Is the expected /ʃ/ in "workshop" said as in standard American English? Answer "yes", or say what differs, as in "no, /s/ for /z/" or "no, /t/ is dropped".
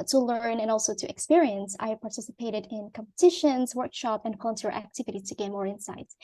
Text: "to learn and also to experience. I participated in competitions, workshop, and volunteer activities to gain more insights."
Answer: yes